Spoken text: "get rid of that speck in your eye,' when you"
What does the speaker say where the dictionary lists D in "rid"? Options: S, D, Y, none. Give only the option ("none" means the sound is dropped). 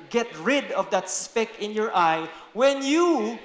D